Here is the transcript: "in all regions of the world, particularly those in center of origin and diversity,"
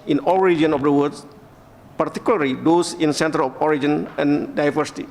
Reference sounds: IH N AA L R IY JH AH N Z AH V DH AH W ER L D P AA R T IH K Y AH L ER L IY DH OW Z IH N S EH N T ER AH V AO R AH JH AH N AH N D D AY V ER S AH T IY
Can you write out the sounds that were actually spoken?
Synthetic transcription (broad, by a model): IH N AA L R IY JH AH N AH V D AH W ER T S P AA R T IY K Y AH L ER L IY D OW S IH N S EH N T ER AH F AO R AH JH AH N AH N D D AY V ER S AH T IY